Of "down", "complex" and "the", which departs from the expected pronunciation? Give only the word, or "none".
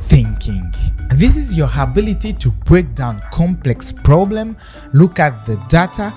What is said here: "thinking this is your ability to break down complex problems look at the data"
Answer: none